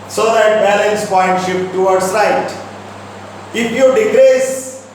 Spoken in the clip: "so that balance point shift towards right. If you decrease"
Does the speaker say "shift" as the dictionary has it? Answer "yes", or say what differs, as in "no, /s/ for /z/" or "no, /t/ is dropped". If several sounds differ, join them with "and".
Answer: no, /p/ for /f/